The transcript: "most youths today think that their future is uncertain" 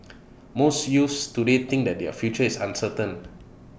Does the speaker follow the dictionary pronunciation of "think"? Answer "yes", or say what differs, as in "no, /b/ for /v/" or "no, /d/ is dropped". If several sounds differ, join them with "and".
no, /t/ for /θ/